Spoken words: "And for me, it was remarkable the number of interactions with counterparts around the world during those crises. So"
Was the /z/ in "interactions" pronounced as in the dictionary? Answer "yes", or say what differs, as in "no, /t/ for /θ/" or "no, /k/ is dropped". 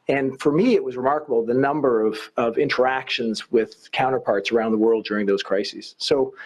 yes